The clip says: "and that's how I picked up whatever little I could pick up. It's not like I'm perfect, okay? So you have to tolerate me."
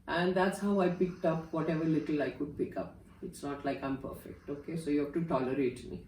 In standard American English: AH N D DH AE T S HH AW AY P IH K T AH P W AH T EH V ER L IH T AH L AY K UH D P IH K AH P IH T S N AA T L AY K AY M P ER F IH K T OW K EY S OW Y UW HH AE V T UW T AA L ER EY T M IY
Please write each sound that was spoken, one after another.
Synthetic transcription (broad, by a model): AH N D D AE T S HH AW AY P IH K T AH P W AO T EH V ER L IH T AH L AY K UH D P IH K AH P IH T S N AA T L AY K AY M P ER F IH K T OW K EY S OW Y UW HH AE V T UW T AA L ER EY T M IY